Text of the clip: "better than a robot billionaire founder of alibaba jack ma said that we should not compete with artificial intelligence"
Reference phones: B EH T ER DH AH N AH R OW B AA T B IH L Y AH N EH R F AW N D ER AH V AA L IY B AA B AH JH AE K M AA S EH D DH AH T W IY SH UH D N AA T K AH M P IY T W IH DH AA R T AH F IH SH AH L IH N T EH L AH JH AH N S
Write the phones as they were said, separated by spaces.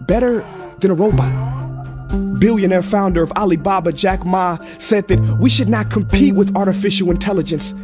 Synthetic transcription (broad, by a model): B EH T ER DH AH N AH R OW B AA T B IH L Y AH N EH R F AW N D ER AH V AA L IY B AA B AH JH AE K M AA S EH D DH AH T W IY SH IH D N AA T K AH M P IY T W IH DH AA R T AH F IH SH L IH N T EH L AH JH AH N S